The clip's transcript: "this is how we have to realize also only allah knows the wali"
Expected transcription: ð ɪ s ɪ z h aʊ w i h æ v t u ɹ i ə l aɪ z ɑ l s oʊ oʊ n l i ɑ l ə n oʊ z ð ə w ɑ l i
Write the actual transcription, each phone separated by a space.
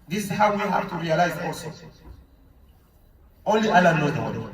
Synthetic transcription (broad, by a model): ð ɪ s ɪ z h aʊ w i h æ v t u ɹ i ə l aɪ z ɑ l s oʊ oʊ n l i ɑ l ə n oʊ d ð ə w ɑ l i